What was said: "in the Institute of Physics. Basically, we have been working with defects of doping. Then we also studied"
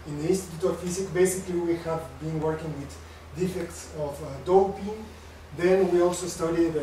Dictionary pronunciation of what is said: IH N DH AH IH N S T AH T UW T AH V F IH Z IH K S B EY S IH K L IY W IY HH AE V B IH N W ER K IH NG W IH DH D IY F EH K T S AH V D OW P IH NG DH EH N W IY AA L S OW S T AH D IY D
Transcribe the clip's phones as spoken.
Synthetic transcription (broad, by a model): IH N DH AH IH N S T AH T UW T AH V F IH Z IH K B EY S IH K L IY W IY HH AE V B IH N W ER K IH NG W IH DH D IY F EH K T S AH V D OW P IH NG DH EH N W IY AA L S OW S T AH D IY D